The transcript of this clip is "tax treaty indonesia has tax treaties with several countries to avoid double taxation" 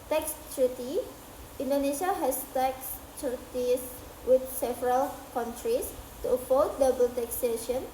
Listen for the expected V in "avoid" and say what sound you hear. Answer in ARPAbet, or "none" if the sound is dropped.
F